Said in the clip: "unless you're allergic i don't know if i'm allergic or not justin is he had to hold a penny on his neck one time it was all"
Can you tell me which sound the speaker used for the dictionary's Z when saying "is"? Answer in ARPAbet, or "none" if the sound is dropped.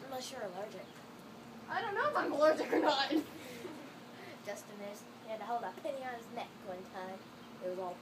S